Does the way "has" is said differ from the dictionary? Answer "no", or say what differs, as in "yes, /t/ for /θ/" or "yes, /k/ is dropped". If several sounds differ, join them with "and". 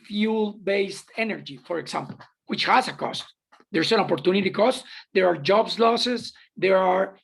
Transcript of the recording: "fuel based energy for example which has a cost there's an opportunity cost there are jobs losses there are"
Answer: yes, /s/ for /z/